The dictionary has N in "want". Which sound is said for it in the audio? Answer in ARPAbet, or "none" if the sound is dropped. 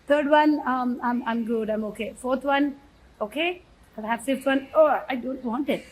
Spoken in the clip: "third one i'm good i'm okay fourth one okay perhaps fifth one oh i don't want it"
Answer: N